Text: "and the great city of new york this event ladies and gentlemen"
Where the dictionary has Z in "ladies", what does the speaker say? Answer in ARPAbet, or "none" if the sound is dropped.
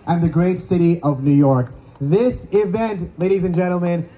Z